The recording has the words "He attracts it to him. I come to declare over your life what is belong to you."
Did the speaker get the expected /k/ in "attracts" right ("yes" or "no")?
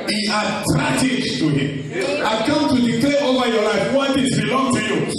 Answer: no